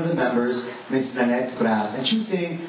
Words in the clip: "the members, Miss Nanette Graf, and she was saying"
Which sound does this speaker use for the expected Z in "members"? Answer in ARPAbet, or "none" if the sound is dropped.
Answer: Z